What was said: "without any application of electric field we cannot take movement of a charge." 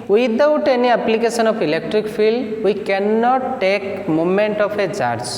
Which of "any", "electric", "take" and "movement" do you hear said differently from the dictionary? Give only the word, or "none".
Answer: movement